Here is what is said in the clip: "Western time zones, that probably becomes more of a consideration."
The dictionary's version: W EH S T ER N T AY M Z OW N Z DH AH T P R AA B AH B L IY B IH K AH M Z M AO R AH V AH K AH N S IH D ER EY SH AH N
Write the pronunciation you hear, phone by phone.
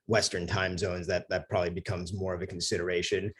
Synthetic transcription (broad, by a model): W EH S T ER N T AY M Z OW N Z DH AH T P R AA B AH B L IY B IH K AH M Z M AO R AH V AH K N S IH D ER EY SH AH N